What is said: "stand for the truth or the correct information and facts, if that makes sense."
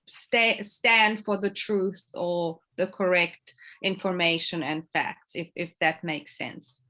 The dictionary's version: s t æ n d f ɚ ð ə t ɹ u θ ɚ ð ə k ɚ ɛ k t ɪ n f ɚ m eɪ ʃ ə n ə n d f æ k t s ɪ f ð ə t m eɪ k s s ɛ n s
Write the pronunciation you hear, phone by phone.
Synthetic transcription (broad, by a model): s t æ n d f ɚ ð ə t ɹ u θ ɚ ð ə k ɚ ɛ k t ɪ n f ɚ m eɪ ʃ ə n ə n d f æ k t s ɪ f ð ə t m eɪ k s s ɛ n s